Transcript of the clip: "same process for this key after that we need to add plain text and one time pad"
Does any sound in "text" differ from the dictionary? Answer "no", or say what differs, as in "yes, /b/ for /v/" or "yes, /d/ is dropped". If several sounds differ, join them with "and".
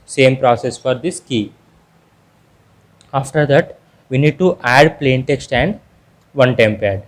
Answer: no